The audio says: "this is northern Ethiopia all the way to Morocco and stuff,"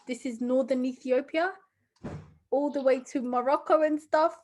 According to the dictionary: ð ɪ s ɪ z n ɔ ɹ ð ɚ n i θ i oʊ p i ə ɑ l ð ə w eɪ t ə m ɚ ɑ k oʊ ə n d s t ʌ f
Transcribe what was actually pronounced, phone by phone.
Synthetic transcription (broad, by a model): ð ɪ s ɪ z n ɔ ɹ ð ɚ n i θ i oʊ p i ə ɑ l ð ə w eɪ t ə m ɚ ɑ k oʊ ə n s t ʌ f